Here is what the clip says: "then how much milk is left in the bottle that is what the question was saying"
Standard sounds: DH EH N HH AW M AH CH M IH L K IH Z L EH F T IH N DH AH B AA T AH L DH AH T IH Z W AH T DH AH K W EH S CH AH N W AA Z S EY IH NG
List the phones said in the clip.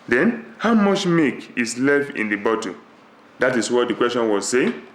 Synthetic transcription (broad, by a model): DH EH N HH AW M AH CH M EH K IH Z L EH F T IH N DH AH B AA T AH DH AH T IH S W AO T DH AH K W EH S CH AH N W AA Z S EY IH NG